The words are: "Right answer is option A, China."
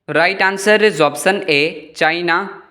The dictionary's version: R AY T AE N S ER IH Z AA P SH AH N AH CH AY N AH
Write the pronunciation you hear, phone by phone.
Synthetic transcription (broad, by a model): R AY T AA N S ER IH Z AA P S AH N AH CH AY N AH